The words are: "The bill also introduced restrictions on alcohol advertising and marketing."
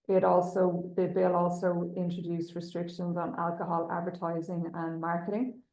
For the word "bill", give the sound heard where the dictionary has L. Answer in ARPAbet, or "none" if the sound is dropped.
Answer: L